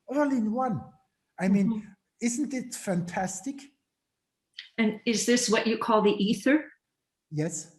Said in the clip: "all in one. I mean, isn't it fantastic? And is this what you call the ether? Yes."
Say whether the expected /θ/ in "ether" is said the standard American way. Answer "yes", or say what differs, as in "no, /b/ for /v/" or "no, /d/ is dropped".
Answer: yes